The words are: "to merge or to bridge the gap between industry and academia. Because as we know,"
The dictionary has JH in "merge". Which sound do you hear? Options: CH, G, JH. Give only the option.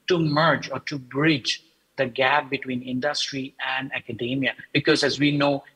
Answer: JH